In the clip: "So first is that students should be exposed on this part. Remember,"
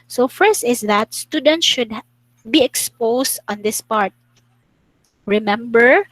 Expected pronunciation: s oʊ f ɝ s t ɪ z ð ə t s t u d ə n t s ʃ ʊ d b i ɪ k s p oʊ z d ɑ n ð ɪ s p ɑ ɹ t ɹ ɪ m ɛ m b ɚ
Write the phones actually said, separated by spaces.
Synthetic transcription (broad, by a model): s oʊ f ɝ s t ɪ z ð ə t s t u d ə n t ʃ ʊ d b i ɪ k s p oʊ s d ɑ n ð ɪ s p ɑ ɹ t ɹ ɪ m ɛ m b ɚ